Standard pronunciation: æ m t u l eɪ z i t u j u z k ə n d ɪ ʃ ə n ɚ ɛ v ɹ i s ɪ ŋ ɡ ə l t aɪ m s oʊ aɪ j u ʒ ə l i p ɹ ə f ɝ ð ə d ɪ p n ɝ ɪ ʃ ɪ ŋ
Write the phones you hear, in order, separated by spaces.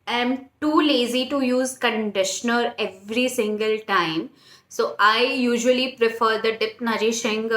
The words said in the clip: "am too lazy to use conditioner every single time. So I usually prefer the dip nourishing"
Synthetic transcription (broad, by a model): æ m t u l eɪ z i t u j u z k ə n d ɪ ʃ ə n ɚ ɛ v ɹ i s ɪ ŋ ɡ ə l t aɪ m s oʊ aɪ j u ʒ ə l i p ɹ ə f ɝ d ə d ɪ p n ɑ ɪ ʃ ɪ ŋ